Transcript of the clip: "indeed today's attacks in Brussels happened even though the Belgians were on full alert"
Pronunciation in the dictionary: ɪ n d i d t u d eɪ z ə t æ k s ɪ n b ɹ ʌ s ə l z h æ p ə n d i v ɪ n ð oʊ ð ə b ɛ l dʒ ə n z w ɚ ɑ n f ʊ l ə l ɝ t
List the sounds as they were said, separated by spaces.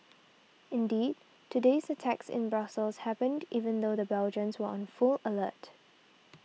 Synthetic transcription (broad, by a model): ɪ n d i d t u d eɪ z ə t æ k s ɪ n b ɹ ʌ s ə l s h æ p ə n d i v ɪ n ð oʊ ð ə b ɛ l dʒ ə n s w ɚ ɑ n f ʊ l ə l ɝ t